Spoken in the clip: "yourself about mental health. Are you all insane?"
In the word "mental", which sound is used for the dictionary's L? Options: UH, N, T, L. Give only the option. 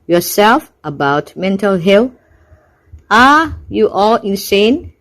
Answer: L